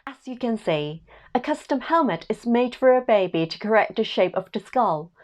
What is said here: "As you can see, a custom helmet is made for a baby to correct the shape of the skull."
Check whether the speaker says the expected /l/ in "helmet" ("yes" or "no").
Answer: yes